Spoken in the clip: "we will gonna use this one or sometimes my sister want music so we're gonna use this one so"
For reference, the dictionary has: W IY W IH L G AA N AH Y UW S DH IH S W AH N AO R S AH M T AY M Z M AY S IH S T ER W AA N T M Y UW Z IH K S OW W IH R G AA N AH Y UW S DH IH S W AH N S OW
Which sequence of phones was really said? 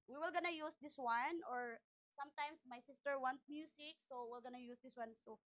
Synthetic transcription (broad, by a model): W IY W IH L G AA N AH Y UW S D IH S W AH N AO R S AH M T AY M S M AY S IH S T ER W AA N T M Y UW S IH K S OW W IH L G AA N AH Y UW S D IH S W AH N S OW